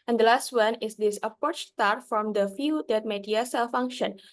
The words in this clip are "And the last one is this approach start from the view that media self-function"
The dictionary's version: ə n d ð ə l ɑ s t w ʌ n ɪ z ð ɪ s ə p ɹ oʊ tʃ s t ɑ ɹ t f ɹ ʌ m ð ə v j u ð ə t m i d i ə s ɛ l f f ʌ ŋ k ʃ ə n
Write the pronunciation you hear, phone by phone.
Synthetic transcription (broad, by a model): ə n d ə l ɑ s t w ʌ n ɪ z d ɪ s ə p ɹ oʊ tʃ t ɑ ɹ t f ɹ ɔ m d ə f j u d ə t m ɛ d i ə s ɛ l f f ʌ ŋ k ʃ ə n